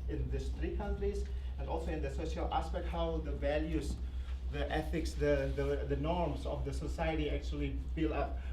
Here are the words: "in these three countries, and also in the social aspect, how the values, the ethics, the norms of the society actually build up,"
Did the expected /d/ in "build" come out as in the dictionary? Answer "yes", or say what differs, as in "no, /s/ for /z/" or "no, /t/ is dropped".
no, /d/ is dropped